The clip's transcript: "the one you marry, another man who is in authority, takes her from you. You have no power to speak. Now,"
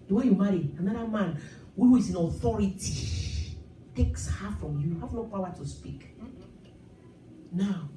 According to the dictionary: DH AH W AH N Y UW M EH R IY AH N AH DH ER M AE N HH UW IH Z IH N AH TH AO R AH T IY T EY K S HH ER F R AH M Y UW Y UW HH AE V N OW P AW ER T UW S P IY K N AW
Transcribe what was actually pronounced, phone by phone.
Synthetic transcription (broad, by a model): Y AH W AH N Y UW M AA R IY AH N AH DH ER M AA N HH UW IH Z IH N AH TH AO R AH T IY T EY K S HH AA F R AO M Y Y UW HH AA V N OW P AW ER T UW S P IY K N AW